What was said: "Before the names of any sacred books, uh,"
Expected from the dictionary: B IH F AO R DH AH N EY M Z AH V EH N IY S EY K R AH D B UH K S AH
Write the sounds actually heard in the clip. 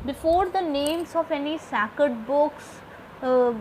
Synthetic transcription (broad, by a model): B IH F AO R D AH N EY M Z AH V EH N IY S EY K AH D B UH K S